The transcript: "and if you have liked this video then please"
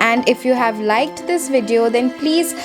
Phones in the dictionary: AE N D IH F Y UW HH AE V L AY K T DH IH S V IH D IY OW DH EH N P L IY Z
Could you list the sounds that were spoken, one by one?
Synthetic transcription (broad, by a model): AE N D IH F Y UW HH AE V L AY K T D IH S V IH D IY OW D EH N P L IY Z